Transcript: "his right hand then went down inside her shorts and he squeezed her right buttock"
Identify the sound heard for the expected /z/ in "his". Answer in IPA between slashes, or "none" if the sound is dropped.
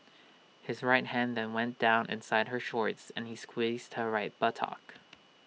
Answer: /z/